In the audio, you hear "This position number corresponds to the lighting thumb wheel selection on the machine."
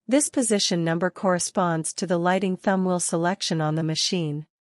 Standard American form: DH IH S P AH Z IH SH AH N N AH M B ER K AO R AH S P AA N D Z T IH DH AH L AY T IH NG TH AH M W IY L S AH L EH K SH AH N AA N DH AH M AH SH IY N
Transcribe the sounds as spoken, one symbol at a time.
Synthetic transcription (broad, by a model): DH IH S P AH Z IH SH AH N N AH M B ER K AO R AH S P AA N D Z T IH DH AH L AY T IH NG TH AH M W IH L S AH L EH K SH AH N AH N DH AH M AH SH IY N